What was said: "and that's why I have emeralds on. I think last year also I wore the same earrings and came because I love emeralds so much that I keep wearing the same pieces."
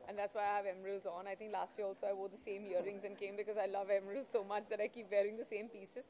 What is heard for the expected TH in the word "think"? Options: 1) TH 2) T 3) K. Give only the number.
2